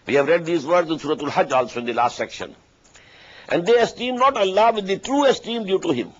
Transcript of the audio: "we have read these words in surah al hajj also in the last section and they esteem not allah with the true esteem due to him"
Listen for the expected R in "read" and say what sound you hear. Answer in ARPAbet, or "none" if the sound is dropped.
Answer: R